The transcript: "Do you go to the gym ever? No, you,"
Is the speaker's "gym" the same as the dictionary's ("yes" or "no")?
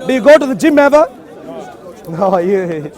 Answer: yes